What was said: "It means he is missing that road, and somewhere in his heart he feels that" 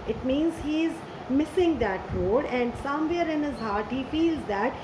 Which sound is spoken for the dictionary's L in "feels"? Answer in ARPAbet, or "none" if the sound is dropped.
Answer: L